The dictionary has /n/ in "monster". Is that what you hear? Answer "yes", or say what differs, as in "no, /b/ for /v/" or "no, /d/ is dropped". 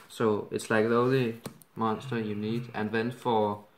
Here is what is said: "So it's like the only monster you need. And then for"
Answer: yes